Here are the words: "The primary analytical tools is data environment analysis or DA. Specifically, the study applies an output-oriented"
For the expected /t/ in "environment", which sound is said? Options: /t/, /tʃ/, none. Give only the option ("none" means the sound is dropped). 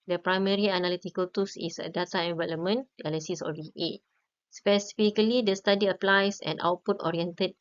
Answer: none